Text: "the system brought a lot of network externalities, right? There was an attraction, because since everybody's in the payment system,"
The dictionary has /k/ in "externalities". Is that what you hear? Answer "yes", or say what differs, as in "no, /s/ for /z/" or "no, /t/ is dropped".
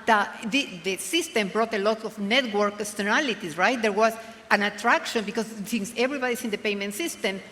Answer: no, /k/ is dropped